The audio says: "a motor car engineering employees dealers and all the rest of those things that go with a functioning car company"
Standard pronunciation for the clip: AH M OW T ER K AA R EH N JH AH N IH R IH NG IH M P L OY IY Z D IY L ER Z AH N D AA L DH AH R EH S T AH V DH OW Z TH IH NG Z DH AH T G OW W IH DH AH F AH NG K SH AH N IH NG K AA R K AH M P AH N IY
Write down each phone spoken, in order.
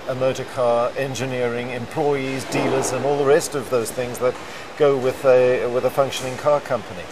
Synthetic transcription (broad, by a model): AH M OW T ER K AA R EH N JH AH N IH R IH NG IH M P L OY IY Z D IY L ER Z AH N AA L DH AH R EH S T AH V DH OW Z TH IH NG Z DH AH T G OW W IH DH AH F AH NG K SH AH N IH NG K AA R K AH M P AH N IY